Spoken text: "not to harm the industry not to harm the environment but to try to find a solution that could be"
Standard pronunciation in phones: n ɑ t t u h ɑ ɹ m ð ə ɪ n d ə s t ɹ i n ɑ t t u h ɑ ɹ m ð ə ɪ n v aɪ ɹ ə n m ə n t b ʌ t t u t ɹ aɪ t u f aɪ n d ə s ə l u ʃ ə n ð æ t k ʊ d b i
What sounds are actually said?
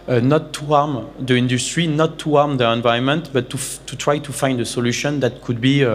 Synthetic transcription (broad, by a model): n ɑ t t u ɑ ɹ m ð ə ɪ n d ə s t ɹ i n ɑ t t u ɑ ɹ m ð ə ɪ n v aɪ ə n m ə n t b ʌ t t u t ɹ aɪ t u f aɪ n d ə s ə l u ʃ ə n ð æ t k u d b i